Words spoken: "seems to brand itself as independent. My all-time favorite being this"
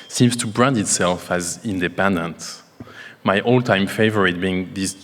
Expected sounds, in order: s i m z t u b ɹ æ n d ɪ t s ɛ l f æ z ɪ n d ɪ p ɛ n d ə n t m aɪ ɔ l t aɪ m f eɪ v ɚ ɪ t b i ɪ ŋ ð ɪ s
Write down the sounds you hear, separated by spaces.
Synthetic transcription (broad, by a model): s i m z t u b ɹ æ n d ɪ t s ɛ l f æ z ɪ n d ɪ p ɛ n d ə n t m aɪ ɔ l t aɪ m f eɪ v ɚ ɪ t b i ɪ ŋ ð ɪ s